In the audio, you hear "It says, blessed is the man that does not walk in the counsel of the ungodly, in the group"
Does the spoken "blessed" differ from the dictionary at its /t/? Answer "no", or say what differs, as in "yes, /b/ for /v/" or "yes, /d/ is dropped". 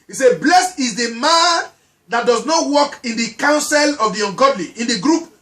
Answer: yes, /t/ is dropped